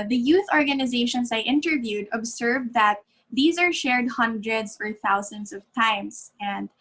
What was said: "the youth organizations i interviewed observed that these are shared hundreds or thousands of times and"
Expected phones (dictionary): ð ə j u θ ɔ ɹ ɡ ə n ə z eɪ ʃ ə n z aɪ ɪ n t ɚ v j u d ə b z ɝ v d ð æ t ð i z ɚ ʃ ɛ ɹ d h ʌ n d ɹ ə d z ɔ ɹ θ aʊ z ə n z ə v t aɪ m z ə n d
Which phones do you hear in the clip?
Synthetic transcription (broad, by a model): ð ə j u θ ɔ ɹ ɡ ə n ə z eɪ ʃ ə n s aɪ ɪ n t ɚ v j u d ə b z ɝ v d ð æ t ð i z ɚ ʃ ɛ ɹ d h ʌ n d ɹ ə d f ɔ ɹ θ aʊ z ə n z ə v t aɪ m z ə n d